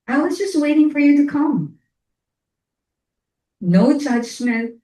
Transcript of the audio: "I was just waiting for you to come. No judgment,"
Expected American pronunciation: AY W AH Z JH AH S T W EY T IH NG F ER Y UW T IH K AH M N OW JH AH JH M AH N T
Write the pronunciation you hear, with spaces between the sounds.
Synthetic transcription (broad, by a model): AY W AH Z JH AH S T W EY T IH NG F ER Y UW T IH K AH M N OW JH AH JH M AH N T